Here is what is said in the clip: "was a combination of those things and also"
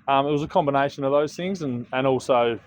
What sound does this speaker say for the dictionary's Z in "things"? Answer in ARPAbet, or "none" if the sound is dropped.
Z